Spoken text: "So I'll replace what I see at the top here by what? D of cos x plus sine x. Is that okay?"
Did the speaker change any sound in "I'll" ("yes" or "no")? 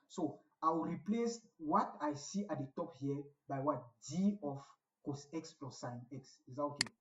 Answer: yes